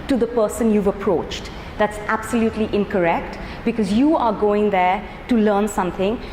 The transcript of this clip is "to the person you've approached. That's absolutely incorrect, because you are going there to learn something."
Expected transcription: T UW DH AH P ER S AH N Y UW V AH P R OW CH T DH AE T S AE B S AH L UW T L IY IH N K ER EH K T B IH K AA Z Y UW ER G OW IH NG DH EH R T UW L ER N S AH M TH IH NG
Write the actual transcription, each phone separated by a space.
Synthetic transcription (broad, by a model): T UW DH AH P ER S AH N Y UW V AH P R OW CH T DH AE T S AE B S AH L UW T L IY IH N K ER EH K T B IH K AA Z Y UW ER G OW IH NG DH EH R T UW L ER N S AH M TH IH NG